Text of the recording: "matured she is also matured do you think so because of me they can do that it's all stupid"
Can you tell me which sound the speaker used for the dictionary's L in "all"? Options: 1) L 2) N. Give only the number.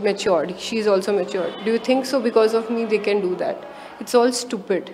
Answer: 1